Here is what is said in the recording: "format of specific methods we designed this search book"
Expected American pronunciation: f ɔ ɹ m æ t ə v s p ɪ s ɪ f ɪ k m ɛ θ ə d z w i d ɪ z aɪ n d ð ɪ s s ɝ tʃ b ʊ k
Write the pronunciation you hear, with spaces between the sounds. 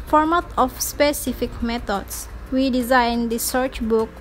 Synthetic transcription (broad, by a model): f ɔ ɹ m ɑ t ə f s p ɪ s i f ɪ k m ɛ t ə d s w i d ɪ z aɪ n d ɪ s s ɝ tʃ b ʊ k